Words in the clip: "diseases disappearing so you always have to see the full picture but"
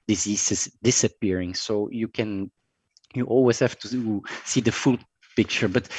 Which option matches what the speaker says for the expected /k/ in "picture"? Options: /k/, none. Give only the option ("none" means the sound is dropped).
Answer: /k/